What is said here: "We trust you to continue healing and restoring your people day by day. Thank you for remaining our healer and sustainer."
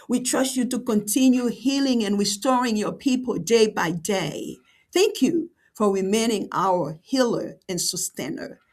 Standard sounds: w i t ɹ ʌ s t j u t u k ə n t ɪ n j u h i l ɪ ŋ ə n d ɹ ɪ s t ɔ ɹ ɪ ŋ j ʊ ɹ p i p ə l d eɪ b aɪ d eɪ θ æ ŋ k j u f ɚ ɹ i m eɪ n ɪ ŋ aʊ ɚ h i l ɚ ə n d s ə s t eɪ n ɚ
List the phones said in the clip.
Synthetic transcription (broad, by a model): w i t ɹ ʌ s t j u t u k ə n t ɪ n j u h i l ɪ ŋ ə n ɹ ɪ s t ɔ ɹ ɪ ŋ j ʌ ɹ p i p ə l d eɪ b aɪ d eɪ θ æ ŋ k j u f ɚ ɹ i m eɪ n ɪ ŋ aʊ ɚ h i l ɚ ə n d s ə s t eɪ n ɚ